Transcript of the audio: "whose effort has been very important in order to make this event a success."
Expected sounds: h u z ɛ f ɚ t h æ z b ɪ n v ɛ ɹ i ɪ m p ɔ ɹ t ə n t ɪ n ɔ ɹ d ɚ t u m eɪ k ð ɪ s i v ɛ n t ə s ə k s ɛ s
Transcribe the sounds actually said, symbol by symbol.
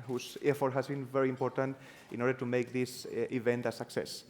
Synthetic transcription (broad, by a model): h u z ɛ f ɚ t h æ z b ɪ n v ɛ ɹ i ɪ m p ɔ ɹ t ə n t ɪ n ɔ ɹ d ɚ t u m eɪ k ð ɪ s i v ɛ n t ə s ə k s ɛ s